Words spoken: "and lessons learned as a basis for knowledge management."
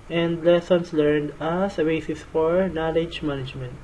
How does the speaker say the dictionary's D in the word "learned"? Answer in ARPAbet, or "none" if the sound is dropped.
D